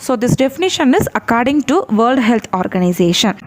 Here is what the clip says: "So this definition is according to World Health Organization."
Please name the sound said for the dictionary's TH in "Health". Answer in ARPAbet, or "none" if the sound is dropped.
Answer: T